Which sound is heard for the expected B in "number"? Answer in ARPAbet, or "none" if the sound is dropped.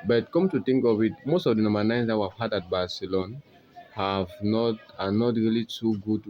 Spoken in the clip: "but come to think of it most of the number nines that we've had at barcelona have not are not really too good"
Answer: none